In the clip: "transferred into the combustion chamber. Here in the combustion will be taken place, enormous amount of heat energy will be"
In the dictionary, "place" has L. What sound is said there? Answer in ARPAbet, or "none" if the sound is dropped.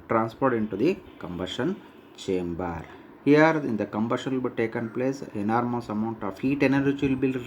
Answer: L